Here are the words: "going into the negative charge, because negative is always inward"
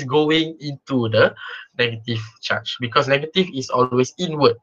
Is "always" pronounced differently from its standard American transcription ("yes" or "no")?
yes